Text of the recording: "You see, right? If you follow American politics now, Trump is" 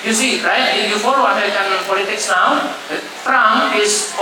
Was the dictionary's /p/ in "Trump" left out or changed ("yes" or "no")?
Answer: yes